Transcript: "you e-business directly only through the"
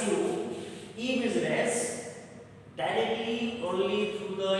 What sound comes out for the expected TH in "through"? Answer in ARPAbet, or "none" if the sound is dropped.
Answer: T